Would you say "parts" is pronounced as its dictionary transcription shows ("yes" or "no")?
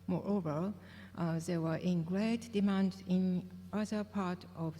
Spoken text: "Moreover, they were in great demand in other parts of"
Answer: no